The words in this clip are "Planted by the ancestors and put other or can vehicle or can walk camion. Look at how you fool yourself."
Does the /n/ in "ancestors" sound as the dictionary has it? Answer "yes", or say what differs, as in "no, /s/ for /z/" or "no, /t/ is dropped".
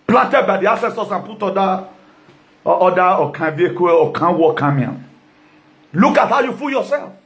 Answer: no, /n/ is dropped